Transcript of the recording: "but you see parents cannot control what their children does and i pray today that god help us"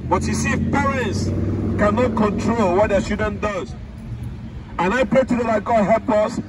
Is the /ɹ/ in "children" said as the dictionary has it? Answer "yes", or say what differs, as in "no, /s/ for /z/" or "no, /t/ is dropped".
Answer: no, /ɹ/ is dropped